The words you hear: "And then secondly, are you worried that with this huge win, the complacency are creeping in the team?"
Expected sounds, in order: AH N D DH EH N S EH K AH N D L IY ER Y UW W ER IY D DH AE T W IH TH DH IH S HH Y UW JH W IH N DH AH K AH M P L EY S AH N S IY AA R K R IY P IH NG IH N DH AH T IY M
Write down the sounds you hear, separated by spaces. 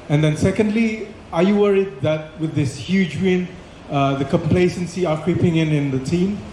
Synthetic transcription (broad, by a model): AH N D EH N S EH K AH N D L IY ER Y UW W ER IY D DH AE T W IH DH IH S HH Y UW JH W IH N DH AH K AH M P L EY S AH N S IY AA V K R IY P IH NG IH N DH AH T IY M